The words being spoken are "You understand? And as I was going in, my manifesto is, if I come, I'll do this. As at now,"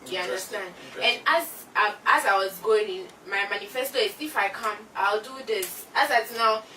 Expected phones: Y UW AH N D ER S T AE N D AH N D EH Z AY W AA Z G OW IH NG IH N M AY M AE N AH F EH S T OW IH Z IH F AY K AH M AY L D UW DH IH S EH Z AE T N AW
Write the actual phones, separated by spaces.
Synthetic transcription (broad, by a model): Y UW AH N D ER S T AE N D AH N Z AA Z AY W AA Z G OW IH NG IH N M AY M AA N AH F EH S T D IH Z IH F AY K AH M AY L D UW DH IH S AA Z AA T N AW